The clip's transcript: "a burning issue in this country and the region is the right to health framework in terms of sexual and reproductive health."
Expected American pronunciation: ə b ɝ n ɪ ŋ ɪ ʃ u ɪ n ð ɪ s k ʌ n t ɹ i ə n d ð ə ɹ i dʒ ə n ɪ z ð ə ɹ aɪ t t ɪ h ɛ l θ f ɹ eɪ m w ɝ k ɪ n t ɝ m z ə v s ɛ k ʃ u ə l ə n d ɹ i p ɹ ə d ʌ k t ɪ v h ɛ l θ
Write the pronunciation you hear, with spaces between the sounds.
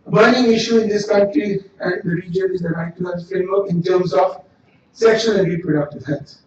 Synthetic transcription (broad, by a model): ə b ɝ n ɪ ŋ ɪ ʃ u ɪ n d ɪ s k ʌ n t ɹ i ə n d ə ɹ i dʒ ə n ɪ z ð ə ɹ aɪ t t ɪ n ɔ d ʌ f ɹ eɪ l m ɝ ɪ n t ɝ m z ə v s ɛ k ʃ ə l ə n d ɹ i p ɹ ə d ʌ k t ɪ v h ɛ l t